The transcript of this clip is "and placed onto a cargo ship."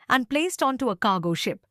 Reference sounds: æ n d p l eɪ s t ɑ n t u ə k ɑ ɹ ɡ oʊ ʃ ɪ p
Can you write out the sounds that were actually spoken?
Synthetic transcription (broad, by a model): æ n d p l eɪ s t ɑ n t u ə k ɑ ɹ ɡ oʊ ʃ ɪ p